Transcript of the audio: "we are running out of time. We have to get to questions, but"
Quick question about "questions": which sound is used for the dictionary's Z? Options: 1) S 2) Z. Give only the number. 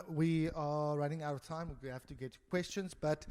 2